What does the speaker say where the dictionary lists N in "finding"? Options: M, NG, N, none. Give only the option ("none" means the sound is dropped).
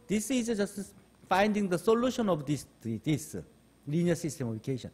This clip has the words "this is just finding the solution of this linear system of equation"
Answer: N